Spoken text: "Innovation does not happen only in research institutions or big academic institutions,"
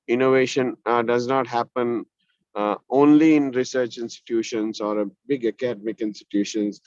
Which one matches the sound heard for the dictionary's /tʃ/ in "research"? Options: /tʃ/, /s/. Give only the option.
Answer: /tʃ/